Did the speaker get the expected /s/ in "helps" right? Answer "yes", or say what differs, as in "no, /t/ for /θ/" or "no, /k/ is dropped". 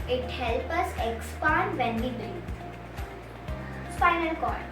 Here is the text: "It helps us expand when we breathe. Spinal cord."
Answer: no, /s/ is dropped